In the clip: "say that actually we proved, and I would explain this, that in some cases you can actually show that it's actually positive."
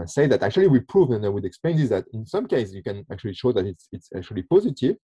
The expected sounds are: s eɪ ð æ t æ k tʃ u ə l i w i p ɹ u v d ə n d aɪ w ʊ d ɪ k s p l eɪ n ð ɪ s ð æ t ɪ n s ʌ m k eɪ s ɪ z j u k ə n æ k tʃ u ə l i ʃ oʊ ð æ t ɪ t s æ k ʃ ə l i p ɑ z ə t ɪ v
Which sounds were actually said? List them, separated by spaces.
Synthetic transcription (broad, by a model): s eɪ ð æ t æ k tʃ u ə l i w i p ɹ u v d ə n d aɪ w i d ɪ k s p l eɪ n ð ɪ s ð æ t ɪ n s ʌ m k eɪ ɪ s j u k ə n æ k tʃ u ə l i ʃ oʊ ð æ t ɪ t s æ k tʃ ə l i p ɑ z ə t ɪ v